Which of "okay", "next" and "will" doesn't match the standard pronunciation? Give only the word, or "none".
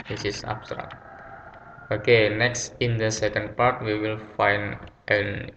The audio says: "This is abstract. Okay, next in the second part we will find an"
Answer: none